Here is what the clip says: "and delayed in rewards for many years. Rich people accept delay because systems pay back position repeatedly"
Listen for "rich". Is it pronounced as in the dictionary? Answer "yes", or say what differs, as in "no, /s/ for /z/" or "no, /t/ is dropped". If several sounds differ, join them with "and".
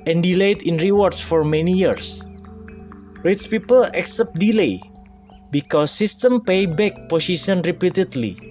no, /s/ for /tʃ/